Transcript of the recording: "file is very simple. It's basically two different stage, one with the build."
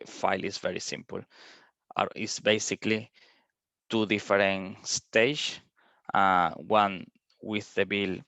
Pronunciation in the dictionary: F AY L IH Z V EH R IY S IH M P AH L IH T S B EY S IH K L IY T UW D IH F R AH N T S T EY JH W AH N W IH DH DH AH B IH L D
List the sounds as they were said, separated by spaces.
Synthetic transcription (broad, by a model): F AY L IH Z V EH R IY S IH M P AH L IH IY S B EY S IH K L IY T UW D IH F R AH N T S T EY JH W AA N W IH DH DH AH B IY L